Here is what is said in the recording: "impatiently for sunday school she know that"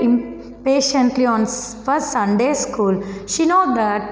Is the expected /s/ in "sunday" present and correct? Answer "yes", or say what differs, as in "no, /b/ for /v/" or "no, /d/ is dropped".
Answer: yes